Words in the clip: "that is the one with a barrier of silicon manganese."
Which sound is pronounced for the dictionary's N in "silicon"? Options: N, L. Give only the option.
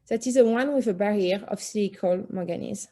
L